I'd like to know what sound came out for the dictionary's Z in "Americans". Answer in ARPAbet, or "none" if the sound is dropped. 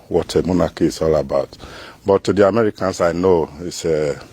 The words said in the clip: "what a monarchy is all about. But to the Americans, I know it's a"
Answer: S